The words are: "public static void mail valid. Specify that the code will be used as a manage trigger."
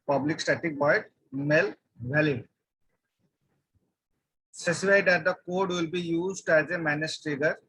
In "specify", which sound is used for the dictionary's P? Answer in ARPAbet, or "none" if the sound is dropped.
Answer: none